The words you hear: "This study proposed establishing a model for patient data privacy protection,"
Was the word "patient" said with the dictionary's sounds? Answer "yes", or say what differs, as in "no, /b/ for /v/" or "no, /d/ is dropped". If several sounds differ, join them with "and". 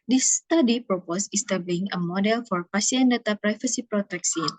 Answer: no, /s/ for /ʃ/